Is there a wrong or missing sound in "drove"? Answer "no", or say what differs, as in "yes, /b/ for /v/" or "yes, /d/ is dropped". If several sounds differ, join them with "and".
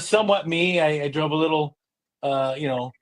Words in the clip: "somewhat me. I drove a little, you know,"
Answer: yes, /b/ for /v/